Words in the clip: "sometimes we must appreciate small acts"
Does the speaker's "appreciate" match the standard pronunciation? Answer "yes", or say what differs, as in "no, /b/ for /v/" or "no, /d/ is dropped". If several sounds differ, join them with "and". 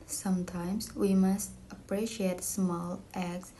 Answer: yes